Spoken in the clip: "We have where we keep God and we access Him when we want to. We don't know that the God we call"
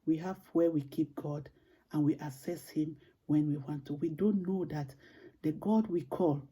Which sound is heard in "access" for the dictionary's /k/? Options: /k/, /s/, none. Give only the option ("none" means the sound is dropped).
none